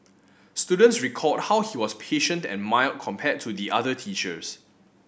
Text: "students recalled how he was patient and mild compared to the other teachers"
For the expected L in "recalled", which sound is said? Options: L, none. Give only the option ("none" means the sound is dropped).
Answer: none